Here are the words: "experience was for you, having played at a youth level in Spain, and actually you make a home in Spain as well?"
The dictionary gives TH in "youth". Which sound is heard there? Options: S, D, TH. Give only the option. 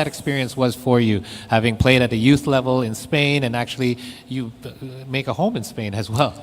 TH